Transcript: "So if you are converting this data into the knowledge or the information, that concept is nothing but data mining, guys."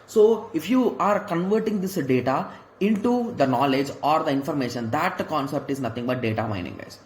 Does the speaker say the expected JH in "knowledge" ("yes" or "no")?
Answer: yes